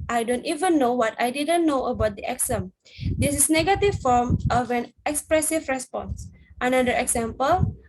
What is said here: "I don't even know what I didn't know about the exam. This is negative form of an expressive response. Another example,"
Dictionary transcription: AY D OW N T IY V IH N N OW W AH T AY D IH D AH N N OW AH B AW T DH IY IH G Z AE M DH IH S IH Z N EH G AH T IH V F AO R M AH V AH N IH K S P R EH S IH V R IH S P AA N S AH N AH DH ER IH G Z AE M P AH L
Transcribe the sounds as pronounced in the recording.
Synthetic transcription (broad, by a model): AY D OW N T IY V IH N N OW W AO T AY D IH D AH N N OW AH B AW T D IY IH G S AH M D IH S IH S N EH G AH T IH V F AO R M AH V AH N IH K S P R EH S IH V R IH S P AA N S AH N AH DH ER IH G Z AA M P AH L